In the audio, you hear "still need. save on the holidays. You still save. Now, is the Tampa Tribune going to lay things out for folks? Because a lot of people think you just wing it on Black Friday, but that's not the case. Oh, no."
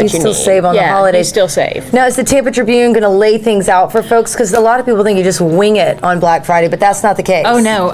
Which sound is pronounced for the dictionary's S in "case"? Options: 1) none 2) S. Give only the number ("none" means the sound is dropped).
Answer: 1